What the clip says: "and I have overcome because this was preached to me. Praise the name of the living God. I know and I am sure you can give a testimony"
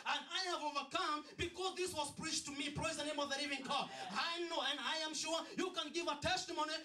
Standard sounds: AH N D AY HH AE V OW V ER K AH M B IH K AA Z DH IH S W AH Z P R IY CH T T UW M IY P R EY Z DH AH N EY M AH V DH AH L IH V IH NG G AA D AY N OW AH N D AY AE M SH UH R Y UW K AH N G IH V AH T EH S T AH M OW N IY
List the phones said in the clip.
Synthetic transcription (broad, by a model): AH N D AY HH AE V OW V ER K AH M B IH K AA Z DH IH S W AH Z P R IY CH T T UW M IY P R EY Z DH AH N EY M AH V DH AH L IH V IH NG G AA AY N OW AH N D AY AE M SH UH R Y UW K AH N G IH V AH T EH S T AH M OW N IY